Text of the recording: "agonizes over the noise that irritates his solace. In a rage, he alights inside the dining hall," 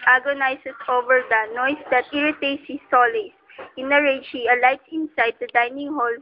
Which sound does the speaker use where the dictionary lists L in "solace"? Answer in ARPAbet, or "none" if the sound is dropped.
L